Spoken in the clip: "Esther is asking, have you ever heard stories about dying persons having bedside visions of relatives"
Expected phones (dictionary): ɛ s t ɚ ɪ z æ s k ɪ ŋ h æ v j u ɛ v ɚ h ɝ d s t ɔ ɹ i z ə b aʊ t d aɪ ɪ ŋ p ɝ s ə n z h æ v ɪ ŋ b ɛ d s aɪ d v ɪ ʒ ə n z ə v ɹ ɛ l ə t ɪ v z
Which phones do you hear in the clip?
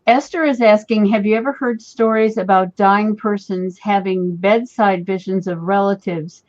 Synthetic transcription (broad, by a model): ɛ s t ɚ ɪ z æ s k ɪ ŋ h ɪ v j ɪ ɛ v ɚ h ɝ d s t ɔ ɹ i z ə b aʊ t d aɪ ɪ ŋ p ɝ s ə n z h æ v ɪ ŋ b ɛ d s aɪ d v ɪ ʒ ə n z ə v ɹ ɛ l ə t ɪ v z